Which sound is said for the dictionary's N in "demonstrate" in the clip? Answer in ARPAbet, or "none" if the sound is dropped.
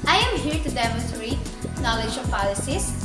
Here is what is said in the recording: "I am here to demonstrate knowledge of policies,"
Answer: none